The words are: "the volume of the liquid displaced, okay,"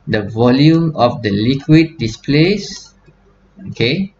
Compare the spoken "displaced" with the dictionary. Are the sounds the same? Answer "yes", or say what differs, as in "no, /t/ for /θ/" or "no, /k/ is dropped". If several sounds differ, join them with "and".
no, /t/ is dropped